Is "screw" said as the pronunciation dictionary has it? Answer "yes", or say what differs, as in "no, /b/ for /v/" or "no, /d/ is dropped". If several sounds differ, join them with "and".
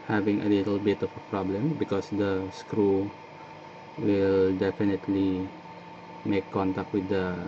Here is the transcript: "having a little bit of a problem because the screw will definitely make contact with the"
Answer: yes